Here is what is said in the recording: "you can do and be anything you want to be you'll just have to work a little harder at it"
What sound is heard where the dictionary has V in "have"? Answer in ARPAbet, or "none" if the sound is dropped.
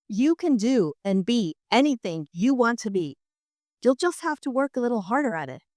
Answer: F